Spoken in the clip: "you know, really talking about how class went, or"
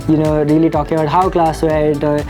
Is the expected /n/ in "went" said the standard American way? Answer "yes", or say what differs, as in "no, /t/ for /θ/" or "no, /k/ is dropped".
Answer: no, /n/ is dropped